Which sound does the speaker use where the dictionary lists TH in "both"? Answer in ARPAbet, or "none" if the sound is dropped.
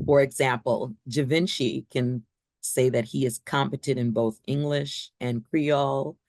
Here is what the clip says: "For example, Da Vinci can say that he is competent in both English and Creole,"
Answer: TH